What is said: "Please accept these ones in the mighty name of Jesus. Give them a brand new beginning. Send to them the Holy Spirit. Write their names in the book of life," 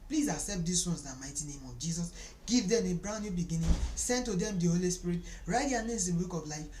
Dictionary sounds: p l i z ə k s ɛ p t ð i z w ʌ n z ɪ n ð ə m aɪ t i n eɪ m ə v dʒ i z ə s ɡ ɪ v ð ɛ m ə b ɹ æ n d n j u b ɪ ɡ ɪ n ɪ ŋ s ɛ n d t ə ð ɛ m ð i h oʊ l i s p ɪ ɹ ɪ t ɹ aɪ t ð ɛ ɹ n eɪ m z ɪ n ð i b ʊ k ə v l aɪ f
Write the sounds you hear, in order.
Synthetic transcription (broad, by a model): p l i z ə s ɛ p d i s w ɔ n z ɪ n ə m aɪ t i n eɪ m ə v dʒ i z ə s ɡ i v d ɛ m ə b ɹ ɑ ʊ n j u b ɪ ɡ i n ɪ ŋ s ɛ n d t ə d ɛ m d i h oʊ l i s p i ɹ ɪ t ɹ aɪ t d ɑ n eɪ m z ɪ n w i k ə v l aɪ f